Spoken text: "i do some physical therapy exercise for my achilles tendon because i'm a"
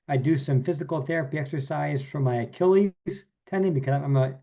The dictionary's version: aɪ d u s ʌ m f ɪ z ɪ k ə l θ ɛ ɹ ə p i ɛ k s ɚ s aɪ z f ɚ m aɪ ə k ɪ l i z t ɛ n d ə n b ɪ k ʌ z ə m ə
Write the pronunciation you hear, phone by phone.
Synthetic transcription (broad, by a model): aɪ d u s ʌ m f ɪ z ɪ k l θ ɛ ɹ ə p i ɛ k s ɚ s aɪ z f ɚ m aɪ ə k ɪ l i z t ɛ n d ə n b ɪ k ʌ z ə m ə